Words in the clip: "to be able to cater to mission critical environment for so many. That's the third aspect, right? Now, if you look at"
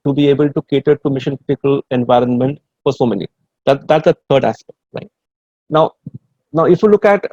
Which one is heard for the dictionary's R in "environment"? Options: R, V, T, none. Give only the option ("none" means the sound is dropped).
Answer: R